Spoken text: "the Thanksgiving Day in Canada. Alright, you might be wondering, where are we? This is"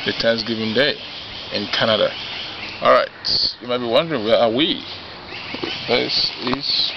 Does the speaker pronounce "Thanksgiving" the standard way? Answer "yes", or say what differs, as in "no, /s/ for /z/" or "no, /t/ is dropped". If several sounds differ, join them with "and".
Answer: no, /t/ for /θ/